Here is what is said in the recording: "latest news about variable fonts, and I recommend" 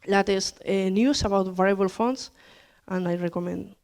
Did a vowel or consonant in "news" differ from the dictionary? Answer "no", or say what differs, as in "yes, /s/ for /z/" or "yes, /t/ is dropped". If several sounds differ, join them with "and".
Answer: yes, /s/ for /z/